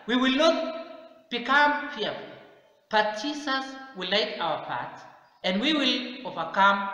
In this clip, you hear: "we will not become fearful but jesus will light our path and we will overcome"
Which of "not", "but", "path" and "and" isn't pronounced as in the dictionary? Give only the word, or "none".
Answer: path